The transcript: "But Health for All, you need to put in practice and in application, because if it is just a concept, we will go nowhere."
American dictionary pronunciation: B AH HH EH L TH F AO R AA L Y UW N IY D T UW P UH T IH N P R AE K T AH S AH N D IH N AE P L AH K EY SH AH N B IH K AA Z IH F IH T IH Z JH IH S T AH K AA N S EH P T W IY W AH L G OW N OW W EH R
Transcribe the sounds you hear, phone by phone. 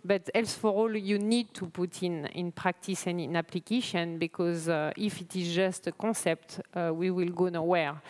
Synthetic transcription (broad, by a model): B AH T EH L S F AO R AA L Y UW N IY D T UW P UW T IH N P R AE K T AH S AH N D IH N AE P L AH K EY SH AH N B IH K AA Z IH F IH T IH Z JH IH S T AH K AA S EH P T W IY W AH L G OW N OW W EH R